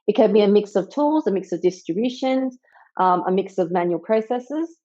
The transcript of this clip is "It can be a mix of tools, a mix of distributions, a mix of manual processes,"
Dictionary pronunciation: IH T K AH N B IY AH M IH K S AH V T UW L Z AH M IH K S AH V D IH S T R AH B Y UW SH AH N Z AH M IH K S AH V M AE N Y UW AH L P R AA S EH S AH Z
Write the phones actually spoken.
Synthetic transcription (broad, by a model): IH T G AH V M IY AH M IH K S AH V T UW L Z AH M IH K S AH V D IH S T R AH B Y UW SH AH N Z AH M IH K S AH V M AE N Y UW AH L P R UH S EH S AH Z